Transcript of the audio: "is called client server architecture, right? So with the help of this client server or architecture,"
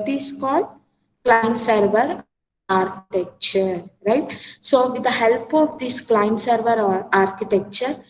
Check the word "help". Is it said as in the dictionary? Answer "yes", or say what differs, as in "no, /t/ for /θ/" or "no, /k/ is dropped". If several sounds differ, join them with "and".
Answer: yes